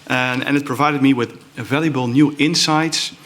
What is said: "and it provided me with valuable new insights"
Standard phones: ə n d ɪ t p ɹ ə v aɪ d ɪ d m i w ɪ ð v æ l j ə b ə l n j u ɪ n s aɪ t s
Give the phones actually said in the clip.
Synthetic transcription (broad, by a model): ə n ɪ t p ɹ ə v aɪ d ɪ d m i w ɪ ð v æ l j ə b ə l n j u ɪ n s aɪ t s